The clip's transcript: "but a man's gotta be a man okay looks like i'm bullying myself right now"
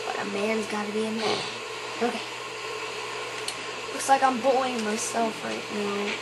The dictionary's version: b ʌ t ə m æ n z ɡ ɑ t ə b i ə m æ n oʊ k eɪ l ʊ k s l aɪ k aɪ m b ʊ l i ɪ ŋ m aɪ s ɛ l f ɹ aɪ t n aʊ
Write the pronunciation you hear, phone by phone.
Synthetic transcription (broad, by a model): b ʌ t ə m æ n z ɡ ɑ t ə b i ə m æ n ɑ ɪ l ʊ k s l aɪ k aɪ m b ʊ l ɪ ŋ m aɪ s ɛ l f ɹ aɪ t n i